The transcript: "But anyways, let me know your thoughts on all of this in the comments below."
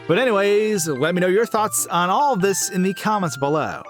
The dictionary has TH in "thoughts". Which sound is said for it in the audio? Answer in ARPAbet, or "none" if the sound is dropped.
TH